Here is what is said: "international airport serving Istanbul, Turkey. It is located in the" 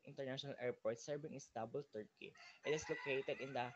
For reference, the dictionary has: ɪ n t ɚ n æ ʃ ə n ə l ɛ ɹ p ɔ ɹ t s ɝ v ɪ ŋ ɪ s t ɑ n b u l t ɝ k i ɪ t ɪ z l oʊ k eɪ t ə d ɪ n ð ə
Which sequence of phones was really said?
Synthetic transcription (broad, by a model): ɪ n t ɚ n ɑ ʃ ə n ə l ɛ ɹ p ɔ ɹ t s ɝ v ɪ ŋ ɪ s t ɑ b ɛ l t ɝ k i ɪ t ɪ s l oʊ k eɪ t ə d ɪ n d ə